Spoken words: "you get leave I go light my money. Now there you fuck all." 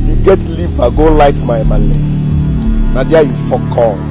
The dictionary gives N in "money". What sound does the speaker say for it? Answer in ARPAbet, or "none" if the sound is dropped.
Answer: L